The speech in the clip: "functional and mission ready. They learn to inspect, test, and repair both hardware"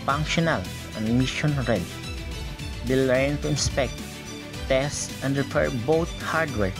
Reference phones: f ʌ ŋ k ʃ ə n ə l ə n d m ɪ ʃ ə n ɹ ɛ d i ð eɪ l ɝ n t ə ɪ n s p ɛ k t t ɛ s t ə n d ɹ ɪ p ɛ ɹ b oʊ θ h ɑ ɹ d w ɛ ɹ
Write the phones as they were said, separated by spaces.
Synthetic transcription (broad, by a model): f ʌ ŋ k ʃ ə n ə l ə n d m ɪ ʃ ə n ɹ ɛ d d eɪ l ɝ n t ə ɪ n s p ɛ k t t ɛ s t ə n d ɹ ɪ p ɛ ɹ b oʊ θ h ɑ ɹ d w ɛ ɹ